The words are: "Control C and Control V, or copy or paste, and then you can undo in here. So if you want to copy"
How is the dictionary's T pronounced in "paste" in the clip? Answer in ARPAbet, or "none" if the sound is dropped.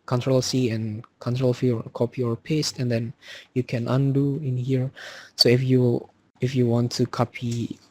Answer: T